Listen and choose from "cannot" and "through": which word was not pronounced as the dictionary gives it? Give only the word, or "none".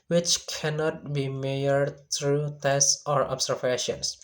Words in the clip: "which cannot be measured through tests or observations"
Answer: through